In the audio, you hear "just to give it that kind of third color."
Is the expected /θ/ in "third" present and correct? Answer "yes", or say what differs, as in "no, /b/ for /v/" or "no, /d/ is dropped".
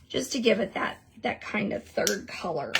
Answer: yes